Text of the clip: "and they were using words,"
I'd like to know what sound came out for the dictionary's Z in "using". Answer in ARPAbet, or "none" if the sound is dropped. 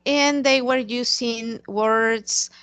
S